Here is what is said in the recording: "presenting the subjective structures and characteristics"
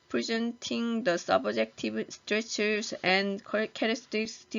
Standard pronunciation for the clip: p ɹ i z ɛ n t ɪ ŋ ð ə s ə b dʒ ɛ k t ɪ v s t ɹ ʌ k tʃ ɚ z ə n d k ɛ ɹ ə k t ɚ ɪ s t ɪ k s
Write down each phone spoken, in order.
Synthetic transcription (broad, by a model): p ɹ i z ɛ n t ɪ ŋ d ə s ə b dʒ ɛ k t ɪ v s t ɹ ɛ tʃ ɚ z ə n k k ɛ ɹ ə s t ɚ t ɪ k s